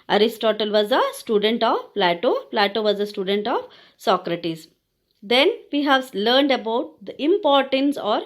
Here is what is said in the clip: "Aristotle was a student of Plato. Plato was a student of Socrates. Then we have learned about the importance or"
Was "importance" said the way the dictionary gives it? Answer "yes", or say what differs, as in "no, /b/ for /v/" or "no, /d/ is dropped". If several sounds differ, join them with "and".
yes